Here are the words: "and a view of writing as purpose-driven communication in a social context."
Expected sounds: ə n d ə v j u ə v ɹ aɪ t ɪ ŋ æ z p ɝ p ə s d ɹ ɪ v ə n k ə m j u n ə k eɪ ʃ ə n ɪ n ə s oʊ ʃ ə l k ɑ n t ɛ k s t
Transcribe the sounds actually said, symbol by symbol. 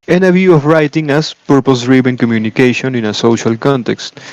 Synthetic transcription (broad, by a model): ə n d ə v j u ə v ɹ aɪ t ɪ ŋ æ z p ɝ p ə s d ɹ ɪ b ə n k ə m j u n ə k eɪ ʃ ə n ɪ n ə s oʊ ʃ ə l k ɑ n t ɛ k s t